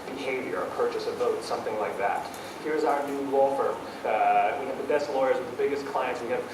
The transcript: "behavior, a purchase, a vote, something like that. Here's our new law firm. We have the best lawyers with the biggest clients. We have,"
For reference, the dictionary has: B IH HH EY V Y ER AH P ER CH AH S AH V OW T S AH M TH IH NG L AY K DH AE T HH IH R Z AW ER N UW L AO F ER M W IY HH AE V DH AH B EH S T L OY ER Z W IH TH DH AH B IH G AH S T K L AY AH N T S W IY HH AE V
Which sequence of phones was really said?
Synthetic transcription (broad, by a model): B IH HH EY V Y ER AH P ER CH AH S AH V OW T S AH M TH IH NG L AY K DH AE T HH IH R Z AW ER N UW W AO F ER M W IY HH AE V DH AH B EH S T L OY ER Z W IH DH AH B IH G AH S K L AY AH N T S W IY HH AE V